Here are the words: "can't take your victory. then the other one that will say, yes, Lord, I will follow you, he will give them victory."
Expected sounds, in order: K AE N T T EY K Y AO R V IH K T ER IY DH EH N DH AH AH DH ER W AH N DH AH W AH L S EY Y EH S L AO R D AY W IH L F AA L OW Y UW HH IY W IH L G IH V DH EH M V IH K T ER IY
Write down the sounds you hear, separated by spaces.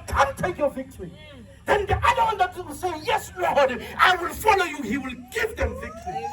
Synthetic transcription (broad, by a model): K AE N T T EY K Y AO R V IH K T ER IY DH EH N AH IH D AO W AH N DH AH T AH W S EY Y EH S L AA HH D AY W IH L F AA L OW Y UW HH IY W IH L G IH V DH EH M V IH K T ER IY